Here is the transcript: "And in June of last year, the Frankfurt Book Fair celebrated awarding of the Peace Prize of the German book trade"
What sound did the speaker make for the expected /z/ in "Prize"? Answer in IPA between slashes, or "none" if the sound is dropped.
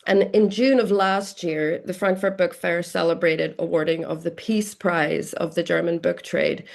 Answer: /z/